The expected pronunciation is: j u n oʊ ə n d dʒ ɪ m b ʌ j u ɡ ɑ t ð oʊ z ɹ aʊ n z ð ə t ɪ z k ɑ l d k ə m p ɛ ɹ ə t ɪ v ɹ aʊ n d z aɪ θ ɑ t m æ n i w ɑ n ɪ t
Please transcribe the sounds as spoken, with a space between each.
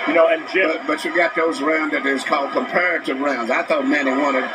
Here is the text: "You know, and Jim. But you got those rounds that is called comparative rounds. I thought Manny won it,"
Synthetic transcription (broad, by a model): j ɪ n oʊ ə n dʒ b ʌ b ʌ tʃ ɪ ɡ ɑ t ð oʊ z ɹ aʊ n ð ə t ɪ z k ɑ l d k ə m p ɛ ɹ ə t ɪ v ɹ aʊ n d z aɪ θ ɑ t m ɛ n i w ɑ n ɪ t